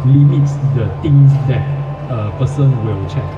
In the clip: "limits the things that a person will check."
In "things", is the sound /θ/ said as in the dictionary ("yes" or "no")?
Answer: no